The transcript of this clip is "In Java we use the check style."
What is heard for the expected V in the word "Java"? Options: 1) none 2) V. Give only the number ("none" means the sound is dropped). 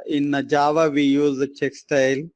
2